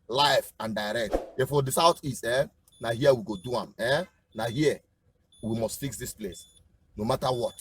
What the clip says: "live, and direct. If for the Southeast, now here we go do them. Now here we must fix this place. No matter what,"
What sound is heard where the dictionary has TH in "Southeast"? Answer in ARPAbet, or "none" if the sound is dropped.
T